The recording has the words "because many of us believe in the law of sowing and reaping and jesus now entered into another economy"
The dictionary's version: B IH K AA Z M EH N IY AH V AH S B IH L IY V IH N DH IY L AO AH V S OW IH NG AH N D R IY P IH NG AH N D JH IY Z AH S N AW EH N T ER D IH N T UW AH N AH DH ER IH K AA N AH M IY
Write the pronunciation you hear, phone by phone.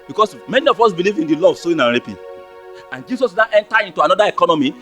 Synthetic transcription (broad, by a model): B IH K AA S M EH N IY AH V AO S B IH L IY V IH N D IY L AO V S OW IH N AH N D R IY P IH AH N JH IY S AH S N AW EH N T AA IH N T UW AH N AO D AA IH K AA N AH M IY